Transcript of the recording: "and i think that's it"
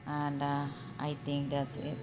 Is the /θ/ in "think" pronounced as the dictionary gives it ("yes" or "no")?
no